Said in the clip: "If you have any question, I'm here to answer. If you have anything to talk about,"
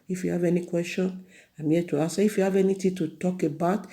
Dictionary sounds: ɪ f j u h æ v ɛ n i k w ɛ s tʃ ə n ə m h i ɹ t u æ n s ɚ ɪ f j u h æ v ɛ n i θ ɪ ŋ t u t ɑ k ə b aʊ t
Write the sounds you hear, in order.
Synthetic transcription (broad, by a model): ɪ f j u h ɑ v ɛ n i k w ɛ s tʃ ə n ə m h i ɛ t u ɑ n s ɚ ɪ f j u h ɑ v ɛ n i t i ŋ t u t ɑ k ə b aʊ t